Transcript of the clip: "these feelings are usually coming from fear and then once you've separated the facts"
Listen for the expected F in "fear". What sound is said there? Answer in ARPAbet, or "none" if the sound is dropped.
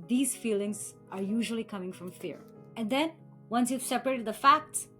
F